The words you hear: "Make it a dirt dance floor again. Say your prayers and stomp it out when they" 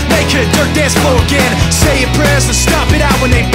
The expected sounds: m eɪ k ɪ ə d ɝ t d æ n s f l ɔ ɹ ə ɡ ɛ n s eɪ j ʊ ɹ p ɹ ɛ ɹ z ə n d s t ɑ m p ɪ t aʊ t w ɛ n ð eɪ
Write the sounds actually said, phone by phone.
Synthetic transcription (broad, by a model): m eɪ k ɪ ə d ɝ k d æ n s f ɔ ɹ ə ɡ ɛ n s eɪ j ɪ p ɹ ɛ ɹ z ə s t ɑ p ɪ t aʊ t w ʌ n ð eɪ